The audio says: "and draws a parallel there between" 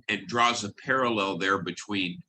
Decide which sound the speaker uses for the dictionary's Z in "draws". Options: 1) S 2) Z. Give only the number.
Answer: 2